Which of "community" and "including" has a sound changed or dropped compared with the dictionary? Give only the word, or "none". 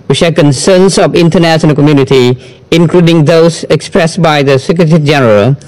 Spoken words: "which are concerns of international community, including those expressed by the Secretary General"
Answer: none